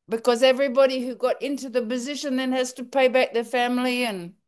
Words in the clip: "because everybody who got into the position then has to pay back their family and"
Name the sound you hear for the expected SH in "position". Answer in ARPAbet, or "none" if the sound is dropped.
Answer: SH